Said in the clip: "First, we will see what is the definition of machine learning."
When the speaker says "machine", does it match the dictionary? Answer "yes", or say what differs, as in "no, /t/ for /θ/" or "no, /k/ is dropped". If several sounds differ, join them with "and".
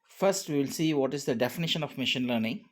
yes